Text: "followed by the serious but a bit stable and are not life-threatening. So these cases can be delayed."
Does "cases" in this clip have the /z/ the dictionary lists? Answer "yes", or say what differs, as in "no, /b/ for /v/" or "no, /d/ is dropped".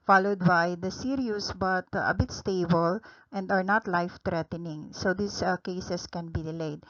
no, /s/ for /z/